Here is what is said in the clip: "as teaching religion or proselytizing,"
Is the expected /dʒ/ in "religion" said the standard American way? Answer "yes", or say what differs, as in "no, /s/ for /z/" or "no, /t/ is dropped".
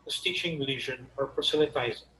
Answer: no, /ʒ/ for /dʒ/